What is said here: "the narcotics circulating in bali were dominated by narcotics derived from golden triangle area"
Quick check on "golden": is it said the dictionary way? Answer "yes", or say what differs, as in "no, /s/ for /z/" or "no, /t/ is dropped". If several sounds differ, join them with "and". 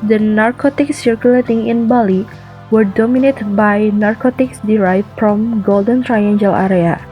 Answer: yes